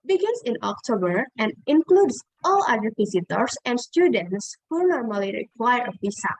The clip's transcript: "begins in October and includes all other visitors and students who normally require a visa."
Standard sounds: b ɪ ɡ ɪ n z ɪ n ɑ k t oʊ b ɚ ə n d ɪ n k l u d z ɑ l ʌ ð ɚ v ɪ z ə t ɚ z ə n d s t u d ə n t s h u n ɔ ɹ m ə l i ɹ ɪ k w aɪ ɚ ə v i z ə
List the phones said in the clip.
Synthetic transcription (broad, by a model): b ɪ ɡ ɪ n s ɪ n ɑ k t oʊ b ɚ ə n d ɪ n k l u d s ɑ l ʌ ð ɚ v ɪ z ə t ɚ s ə n d s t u d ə n t s h u n ɔ ɹ m ə l i ɹ ɪ k w aɪ ɚ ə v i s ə